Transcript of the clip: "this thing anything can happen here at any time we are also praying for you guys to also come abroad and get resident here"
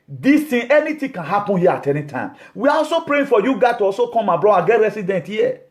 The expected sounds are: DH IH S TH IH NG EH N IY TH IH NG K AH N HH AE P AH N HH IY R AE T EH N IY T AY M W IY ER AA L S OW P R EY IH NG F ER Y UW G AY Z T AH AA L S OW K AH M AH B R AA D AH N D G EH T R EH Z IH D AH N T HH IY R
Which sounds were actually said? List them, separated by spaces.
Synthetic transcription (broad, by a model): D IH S T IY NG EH N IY T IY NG K AH N HH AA P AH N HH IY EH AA T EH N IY T AY M W IY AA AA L S OW P R EY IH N F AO Y UW G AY T AH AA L S OW K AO M AH B R AA D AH G EH T R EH S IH D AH N T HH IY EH